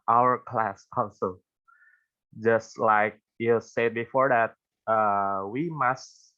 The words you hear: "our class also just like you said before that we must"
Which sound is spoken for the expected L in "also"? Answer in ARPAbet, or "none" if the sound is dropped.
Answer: N